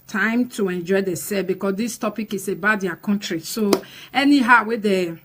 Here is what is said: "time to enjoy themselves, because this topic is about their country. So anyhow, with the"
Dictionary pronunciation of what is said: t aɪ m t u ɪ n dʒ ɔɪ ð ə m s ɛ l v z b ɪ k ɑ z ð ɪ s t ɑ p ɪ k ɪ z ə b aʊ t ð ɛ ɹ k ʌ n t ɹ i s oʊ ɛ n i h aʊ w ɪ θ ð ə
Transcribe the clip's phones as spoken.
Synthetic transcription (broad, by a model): t aɪ m t u ɪ n dʒ ɔɪ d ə s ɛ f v b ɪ k ɑ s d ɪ s t ɑ p ɪ k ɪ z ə b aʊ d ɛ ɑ k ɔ n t ɹ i s oʊ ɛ n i h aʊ w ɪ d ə